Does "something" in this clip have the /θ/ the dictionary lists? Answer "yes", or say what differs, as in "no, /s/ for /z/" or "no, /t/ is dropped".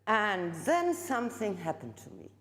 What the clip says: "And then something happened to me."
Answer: yes